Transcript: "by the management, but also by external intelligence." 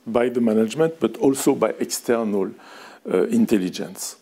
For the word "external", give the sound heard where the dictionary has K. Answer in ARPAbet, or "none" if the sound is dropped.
K